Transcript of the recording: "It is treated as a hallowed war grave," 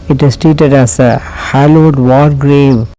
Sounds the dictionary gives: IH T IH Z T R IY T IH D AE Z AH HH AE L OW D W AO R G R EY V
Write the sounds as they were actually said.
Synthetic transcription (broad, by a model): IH T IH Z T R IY T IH D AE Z AH HH AE L OW D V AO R G R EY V